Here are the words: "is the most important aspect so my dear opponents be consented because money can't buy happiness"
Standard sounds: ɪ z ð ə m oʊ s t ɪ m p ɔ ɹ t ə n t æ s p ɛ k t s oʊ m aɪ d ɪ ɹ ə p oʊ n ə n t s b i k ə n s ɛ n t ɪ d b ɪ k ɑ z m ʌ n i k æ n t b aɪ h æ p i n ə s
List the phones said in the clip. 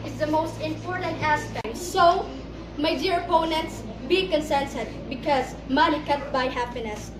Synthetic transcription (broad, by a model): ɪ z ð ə m oʊ s t ɪ m p ɔ ɹ t ə n t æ s p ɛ k t s oʊ m aɪ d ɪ ɹ ə p oʊ n ə n t s b i k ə n s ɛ n s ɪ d b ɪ k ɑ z m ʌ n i k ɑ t b aɪ h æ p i n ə s